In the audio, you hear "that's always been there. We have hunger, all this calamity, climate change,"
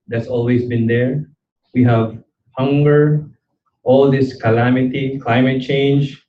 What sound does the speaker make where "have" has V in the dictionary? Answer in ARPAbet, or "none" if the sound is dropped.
V